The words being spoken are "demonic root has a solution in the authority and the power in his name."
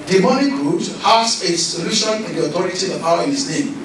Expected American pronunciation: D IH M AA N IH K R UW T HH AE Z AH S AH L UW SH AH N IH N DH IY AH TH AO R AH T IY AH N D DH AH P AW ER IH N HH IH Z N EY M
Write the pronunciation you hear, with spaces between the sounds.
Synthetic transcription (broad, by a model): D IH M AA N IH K R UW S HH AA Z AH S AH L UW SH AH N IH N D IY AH T AO R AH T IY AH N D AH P AW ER IH N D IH S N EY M